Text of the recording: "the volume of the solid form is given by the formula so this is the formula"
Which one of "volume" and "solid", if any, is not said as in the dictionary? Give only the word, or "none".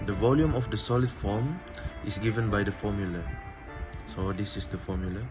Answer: none